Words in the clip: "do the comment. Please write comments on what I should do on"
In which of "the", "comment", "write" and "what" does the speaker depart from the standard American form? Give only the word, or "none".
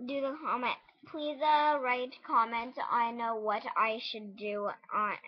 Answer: none